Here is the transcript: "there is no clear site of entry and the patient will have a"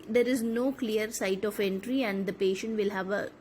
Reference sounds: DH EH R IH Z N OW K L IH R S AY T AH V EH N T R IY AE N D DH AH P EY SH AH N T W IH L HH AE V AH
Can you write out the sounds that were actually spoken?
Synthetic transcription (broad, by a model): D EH R IH Z N OW K L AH R S AY T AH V EH N T R IY AE N D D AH P EY SH AH N T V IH L HH AE V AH